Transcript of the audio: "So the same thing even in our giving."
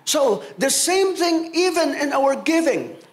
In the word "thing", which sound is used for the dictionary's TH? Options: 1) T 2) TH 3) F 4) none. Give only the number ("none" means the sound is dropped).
2